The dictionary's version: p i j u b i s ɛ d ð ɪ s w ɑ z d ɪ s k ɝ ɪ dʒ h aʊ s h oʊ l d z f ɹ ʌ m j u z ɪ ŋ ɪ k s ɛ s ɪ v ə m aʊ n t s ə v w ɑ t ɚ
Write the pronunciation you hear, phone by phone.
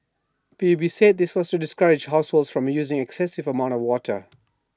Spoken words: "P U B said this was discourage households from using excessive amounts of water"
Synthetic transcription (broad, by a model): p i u b i s ɛ d ð ɪ s w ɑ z d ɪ s k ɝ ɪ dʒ h aʊ s h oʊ l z f ɹ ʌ m j u z ɪ ŋ ɪ k s ɛ s ɪ v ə m aʊ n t ə v w ɑ t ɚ